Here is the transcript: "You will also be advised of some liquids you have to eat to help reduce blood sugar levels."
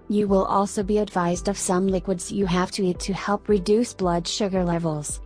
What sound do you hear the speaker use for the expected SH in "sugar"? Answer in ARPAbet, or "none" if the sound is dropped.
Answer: SH